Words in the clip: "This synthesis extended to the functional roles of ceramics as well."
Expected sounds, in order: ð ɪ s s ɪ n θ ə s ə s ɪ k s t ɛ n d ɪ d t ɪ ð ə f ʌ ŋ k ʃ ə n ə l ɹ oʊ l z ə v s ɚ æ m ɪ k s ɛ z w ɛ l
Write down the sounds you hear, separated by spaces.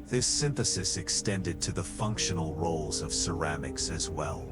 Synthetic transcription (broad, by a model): ð ɪ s s ɪ n θ ə s ə s ɪ k s t ɛ n d ɪ d t ɪ ð ə f ʌ ŋ k ʃ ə n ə l ɹ oʊ l z ə v s ɚ æ m ɪ k s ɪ z w ɛ l